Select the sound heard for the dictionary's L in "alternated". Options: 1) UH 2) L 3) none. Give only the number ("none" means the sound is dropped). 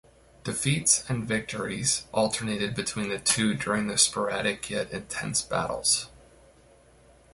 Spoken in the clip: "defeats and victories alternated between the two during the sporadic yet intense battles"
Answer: 2